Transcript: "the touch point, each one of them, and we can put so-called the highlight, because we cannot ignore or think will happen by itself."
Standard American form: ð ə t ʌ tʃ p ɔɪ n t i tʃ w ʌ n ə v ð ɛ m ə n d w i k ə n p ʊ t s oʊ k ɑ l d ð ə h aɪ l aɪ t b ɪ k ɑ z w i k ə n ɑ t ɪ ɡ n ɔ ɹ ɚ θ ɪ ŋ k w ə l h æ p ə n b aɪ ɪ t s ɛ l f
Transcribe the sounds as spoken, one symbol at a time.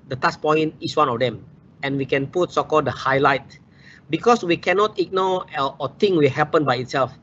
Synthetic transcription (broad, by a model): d ə t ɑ s p ɔɪ n t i s w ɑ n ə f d ɛ m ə n w i k ə n p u t s oʊ k ɑ l d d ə h aɪ l aɪ t b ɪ k ɑ s w i k ə n ɑ t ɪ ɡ n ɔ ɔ t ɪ ŋ w ə l h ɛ p ə n b aɪ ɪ t s ɛ l f